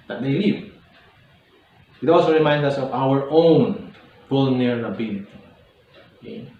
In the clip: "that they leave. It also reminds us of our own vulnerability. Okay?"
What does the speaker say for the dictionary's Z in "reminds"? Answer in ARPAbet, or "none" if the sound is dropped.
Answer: none